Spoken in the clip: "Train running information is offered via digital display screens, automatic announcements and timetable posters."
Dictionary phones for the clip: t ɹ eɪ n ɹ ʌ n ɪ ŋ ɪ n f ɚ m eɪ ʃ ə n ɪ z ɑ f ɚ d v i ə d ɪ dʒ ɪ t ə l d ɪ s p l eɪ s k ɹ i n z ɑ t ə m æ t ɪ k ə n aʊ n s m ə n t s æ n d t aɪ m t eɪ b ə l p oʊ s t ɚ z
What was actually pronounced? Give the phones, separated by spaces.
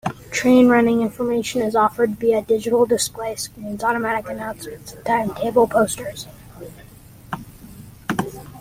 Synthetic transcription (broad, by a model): t ɹ eɪ n ɹ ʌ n ɪ ŋ ɪ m f ɚ m eɪ ʃ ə n ɪ z ɑ f ɚ d b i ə d ɪ dʒ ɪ t l d ɪ s p l eɪ s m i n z ɑ t ə m æ t ɪ k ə n aʊ n s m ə n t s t aɪ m t eɪ b l p oʊ s t ɚ z